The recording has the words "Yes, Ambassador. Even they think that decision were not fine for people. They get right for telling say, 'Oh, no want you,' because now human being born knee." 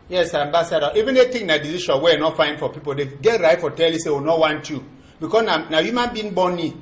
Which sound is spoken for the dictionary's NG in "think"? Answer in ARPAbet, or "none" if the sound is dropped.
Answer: none